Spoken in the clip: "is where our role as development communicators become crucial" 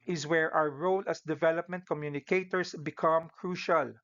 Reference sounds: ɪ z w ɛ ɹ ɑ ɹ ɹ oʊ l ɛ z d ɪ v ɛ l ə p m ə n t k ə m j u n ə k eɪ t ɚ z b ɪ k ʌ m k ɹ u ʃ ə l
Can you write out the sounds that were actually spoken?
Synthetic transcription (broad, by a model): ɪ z w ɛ ɹ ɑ w ɹ oʊ l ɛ s d ɪ v ɛ l ə p m ə n t k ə m j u n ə k eɪ t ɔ s b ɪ k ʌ m k ɹ u ʃ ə l